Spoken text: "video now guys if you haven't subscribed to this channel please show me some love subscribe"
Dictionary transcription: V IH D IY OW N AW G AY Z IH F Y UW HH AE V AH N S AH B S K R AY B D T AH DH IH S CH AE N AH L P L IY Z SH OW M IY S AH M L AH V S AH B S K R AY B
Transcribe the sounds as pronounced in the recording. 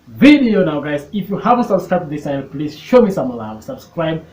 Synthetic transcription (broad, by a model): V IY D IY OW N AW G AY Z IH F Y UW HH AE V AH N S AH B S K R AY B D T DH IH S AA AH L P L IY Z SH OW M IY S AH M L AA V S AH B S K R AY B